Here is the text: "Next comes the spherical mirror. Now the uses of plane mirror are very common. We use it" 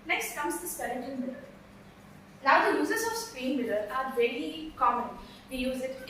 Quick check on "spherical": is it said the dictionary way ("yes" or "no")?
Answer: no